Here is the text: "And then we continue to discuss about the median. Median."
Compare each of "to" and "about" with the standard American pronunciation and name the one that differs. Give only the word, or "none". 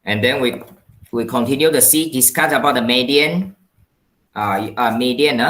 to